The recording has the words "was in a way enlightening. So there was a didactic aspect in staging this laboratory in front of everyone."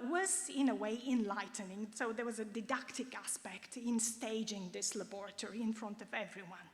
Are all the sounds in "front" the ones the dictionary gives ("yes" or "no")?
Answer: yes